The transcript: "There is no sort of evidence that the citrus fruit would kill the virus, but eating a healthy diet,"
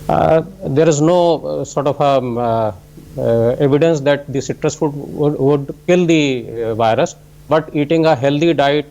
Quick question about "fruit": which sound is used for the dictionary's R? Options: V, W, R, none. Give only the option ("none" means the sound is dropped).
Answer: none